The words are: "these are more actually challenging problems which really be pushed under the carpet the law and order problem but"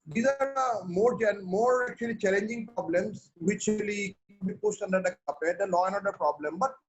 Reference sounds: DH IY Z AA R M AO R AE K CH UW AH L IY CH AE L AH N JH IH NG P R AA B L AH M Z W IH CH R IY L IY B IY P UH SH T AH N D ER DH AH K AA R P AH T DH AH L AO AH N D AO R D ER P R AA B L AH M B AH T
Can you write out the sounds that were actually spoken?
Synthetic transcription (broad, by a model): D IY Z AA R M AO R AE K CH UW AH L IY CH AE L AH N JH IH NG P R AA B L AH M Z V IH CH L IY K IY B IY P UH S T AH N D ER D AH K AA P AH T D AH L AO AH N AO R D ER P R AA B L AH M B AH T